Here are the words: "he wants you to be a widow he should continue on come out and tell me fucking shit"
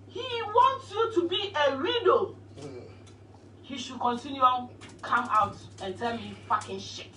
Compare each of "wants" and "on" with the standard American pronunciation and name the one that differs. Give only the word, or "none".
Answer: on